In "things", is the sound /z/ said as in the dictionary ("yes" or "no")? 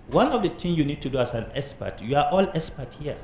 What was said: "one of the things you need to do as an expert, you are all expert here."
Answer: no